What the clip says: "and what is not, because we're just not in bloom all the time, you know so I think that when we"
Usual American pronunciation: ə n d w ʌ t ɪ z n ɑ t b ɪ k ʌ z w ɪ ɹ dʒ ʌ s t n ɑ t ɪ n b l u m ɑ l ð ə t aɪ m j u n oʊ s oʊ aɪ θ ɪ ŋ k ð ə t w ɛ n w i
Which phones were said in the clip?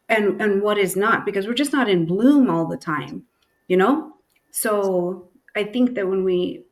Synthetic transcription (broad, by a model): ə n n w ʌ t ɪ z n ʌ t b ɪ k ʌ z w ɪ ɹ dʒ ʌ s t n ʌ t ɪ n b l u m ɑ l ð ə t aɪ m j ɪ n oʊ s oʊ aɪ θ ɪ ŋ k ð ə t w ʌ n w i